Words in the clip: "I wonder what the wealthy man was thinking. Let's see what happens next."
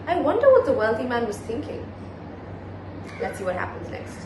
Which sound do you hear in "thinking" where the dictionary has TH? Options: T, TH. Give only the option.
TH